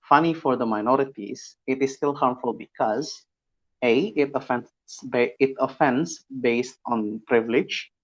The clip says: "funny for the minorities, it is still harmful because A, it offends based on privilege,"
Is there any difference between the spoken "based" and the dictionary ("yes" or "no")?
no